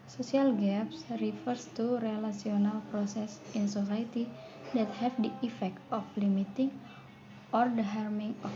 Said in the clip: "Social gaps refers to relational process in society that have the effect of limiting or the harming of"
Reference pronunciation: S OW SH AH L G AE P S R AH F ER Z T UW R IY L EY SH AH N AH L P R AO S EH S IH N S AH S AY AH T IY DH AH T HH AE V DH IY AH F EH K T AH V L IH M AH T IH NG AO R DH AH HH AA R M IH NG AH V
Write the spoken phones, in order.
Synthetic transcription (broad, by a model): S OW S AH L G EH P S R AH F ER S T UW R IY L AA S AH N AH L P R AO S EH S IH N S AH S AY T IY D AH T HH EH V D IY AH F EH K T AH F L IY M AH T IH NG AO R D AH HH AA R M IH NG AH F